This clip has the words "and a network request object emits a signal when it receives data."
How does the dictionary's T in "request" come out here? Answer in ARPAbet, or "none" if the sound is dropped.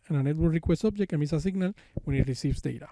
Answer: none